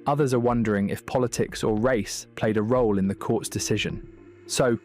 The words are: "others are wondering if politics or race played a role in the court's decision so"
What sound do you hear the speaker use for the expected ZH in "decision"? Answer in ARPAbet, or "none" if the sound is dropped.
ZH